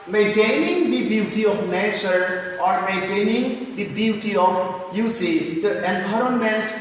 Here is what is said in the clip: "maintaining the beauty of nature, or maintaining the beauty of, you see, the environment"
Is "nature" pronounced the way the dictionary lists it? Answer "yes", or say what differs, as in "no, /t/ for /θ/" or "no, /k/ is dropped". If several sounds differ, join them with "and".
yes